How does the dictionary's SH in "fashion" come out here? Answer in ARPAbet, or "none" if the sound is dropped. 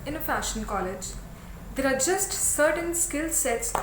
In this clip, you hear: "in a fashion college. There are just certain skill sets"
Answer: SH